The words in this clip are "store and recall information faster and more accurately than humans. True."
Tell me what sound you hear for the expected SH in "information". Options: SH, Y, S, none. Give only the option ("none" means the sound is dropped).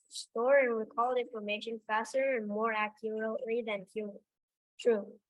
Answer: SH